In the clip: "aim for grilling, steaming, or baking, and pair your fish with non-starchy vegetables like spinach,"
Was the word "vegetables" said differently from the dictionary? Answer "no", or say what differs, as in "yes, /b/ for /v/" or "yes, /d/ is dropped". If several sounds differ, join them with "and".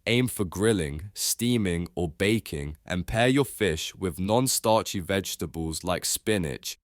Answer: no